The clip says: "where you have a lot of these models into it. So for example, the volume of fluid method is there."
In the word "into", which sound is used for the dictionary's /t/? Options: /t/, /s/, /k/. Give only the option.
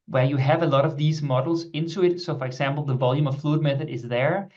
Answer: /t/